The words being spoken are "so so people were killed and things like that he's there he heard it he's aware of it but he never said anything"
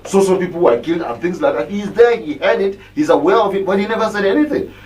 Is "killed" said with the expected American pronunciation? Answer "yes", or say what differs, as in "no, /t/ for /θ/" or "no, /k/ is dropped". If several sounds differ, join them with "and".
yes